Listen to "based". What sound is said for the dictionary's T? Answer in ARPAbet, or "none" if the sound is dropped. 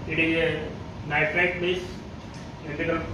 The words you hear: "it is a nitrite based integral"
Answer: none